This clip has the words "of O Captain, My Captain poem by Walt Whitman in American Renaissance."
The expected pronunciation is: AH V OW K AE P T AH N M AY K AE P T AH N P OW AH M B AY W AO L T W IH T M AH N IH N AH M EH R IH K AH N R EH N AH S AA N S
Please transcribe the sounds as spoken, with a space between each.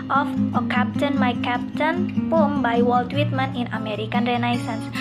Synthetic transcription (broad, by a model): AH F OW K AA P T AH N M AY K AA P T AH N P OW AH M B AY W AO L T W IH T M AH N IH N AH M EH R IH K AH N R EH N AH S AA N S